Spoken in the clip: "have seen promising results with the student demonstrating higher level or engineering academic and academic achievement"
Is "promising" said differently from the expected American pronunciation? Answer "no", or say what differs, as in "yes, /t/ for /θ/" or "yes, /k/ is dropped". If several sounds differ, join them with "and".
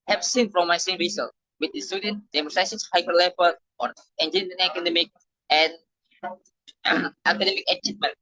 yes, /f/ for /p/